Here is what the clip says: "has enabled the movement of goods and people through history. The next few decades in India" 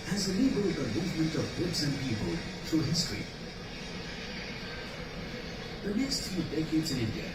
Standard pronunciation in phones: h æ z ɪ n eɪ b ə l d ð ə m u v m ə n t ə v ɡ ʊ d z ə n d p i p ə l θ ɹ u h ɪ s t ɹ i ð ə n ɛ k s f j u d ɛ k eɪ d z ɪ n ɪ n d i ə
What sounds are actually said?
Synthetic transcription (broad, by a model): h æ z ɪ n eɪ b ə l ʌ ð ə m u v m ə n t ə v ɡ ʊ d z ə n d p i p ə l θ ɹ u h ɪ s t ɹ i ð ə n ɛ k s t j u d ɛ k eɪ d z ɪ n ɪ n d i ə